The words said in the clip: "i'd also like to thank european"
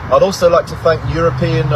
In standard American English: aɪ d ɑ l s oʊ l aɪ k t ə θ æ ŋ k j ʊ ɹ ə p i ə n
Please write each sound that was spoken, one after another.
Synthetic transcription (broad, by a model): aɪ d ɑ l s oʊ l aɪ k t ə θ æ ŋ k j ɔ ɹ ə p i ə n